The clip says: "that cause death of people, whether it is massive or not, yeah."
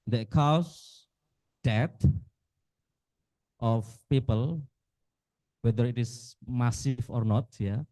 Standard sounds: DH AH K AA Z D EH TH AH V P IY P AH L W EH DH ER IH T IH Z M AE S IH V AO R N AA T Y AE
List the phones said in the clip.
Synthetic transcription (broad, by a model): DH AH K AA S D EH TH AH F P IY P AH L W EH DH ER IH T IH S M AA S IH F AO R N AA T Y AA